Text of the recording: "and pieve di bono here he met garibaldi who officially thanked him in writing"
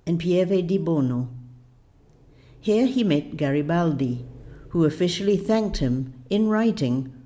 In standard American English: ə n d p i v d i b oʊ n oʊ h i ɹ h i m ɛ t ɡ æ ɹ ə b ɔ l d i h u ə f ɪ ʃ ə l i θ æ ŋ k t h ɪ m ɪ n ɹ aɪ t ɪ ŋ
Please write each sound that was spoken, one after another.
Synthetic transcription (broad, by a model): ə n p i v d i b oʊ n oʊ h i ɹ i m ɛ t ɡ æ ɹ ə b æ l d i h u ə f ɪ ʃ l i θ æ ŋ k t h ɪ m ɪ n ɹ aɪ t ɪ ŋ